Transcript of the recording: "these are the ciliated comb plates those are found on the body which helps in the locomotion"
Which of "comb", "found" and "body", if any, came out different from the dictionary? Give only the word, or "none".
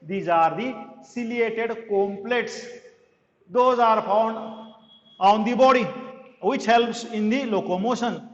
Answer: found